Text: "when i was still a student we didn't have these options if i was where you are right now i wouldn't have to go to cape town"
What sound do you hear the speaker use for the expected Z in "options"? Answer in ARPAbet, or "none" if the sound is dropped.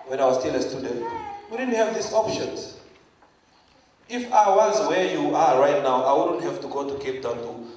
none